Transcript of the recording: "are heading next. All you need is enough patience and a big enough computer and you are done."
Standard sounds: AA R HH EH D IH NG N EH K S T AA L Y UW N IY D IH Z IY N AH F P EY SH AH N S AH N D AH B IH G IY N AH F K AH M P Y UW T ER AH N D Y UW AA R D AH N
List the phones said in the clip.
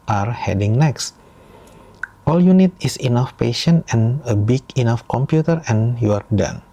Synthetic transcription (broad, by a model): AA R HH EH D IH NG N EH K S T AA L Y UW N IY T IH S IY N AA F P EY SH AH N AH N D AH B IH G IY N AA F K AH M P Y UW T ER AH N Y UW AA R D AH N